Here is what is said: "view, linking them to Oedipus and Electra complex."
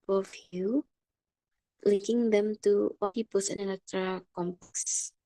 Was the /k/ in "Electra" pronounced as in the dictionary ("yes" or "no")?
no